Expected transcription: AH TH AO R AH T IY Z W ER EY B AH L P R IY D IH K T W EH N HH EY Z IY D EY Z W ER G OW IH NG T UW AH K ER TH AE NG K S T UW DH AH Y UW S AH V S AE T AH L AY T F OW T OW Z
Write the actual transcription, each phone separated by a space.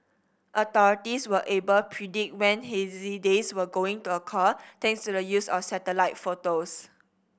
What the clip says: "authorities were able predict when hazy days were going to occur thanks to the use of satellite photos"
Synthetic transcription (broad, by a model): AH T AO R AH T IY S W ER EY B AH L P R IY D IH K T W EH N HH EY Z IY D EY S W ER G OW IH NG T UW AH K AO T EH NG S T UW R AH Y UW S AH S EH T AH L AY T F OW T OW S